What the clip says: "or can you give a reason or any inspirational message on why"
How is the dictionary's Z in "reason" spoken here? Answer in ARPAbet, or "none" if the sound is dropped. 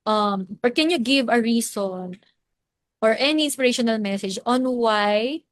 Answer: S